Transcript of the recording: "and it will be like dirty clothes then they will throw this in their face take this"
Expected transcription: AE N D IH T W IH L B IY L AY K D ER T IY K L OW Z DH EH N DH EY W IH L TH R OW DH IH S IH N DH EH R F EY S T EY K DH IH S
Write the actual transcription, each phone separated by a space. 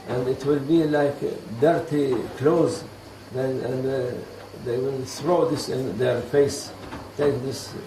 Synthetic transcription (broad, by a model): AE N D IH T W IH L B IY L AY K D ER T IY K L OW Z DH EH N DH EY W IH L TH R OW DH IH S IH N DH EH R F EY S T EY K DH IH S